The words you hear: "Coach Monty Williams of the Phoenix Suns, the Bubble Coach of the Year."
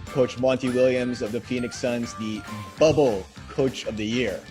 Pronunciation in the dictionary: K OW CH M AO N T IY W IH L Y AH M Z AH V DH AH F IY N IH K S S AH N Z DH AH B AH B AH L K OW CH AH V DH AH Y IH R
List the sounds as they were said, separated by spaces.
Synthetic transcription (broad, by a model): K OW CH M AO N T IY W IH L Y AH M Z AH V DH AH F IY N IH K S S AH N Z DH AH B AH B L K OW CH AH V DH AH Y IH R